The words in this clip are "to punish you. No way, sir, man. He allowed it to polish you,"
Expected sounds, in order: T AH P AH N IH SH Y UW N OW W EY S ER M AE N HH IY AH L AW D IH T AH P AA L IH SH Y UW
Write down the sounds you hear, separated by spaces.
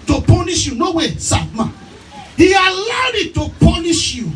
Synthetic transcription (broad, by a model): T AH P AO N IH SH Y UW N OW W EY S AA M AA HH IY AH L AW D IH T AH P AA N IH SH Y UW